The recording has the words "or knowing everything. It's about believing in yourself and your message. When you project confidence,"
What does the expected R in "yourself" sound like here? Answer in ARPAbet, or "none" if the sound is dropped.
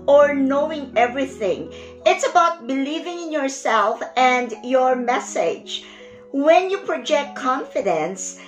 R